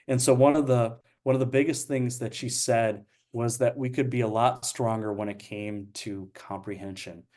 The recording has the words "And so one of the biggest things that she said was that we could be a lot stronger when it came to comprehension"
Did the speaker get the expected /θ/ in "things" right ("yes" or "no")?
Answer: yes